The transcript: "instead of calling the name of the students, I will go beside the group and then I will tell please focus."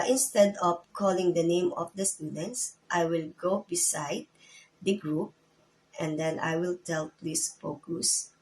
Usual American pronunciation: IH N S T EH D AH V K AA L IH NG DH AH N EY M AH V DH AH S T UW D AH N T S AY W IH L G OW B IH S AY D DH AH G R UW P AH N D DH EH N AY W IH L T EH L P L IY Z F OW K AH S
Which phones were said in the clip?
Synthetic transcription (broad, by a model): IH N S T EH D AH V K AA L IH NG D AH N EY M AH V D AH S T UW D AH N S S AY W IH L G OW B IH S AY D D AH G R UW P AH N D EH N AY W IH L T EH L P L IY S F OW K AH S